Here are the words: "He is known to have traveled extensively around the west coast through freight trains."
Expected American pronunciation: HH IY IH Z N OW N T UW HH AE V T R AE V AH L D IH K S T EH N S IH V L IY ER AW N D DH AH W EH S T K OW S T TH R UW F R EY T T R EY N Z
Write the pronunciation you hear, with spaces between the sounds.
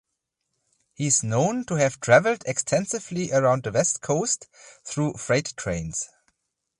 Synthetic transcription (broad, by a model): HH IY IH Z N OW N T UW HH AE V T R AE V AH L D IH K S T EH N S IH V L IY ER AW N D DH AH W EH S T K OW S T TH R UW F R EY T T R EY N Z